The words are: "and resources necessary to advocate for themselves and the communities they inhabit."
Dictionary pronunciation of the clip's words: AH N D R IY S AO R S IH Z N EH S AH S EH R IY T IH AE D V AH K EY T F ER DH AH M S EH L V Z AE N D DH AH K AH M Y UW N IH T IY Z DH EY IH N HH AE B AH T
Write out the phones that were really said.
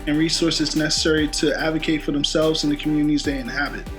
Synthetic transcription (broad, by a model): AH N R IY S AO R S IH Z N EH S AH S EH R IY T IH AE D V AH K EY T F ER DH AH M S EH L V Z N DH AH K M Y UW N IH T IY Z DH EY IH N HH AE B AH T